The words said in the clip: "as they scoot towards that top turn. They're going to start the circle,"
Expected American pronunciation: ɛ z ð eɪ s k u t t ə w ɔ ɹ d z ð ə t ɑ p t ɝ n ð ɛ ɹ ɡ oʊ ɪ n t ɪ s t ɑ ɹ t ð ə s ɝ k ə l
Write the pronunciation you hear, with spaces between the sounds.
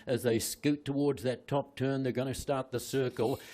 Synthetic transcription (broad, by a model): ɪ z ð eɪ s k u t t ə w ɔ ɹ d z ð ə t ɑ p t ɝ n ð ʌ ɹ ɡ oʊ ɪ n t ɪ s t ɑ ɹ t ð ə s ɝ k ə l